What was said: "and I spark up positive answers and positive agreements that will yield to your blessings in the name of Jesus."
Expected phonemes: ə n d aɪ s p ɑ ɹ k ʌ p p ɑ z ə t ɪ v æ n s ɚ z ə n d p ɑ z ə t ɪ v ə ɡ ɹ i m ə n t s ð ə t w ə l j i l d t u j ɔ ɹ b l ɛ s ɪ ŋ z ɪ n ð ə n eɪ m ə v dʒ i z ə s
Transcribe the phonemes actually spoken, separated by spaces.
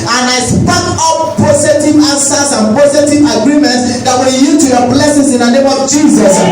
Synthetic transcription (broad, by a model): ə n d aɪ s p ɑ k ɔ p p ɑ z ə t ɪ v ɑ s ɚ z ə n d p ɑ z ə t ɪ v ə ɡ ɹ i m ə n t s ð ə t w ə l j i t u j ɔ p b l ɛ s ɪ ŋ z ɪ n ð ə n eɪ m ə v dʒ i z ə s